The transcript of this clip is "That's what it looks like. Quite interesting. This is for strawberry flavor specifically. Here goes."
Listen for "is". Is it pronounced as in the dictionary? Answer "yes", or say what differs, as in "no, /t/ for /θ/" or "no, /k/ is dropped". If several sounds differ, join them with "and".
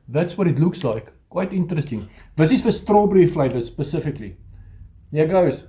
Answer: no, /s/ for /z/